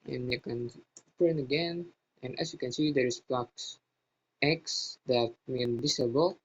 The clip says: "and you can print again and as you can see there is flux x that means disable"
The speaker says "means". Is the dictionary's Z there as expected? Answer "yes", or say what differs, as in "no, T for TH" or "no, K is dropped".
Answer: no, Z is dropped